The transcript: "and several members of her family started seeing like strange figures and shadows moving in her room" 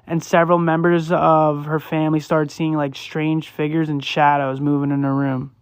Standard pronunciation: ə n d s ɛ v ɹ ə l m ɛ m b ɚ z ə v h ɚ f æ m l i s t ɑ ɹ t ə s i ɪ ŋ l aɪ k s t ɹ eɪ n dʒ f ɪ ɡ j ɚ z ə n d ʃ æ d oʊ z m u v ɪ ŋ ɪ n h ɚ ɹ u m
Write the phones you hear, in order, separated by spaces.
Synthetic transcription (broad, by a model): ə n s ɛ v ɹ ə l m ɛ m b ɚ z ə v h ɚ f æ m l i s t ɑ ɹ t s i ɪ ŋ l aɪ k s t ɹ eɪ n dʒ f ɪ ɡ j ɚ z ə n ʃ æ d oʊ z m u v ɪ ŋ ɪ n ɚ ɹ u m